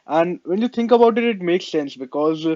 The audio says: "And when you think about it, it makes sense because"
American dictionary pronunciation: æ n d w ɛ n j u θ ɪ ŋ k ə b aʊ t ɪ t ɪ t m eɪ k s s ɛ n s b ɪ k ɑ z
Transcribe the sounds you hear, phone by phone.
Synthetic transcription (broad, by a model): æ n d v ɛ n j u t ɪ ŋ k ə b aʊ t ɪ t ɪ t m eɪ k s s ɛ n s b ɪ k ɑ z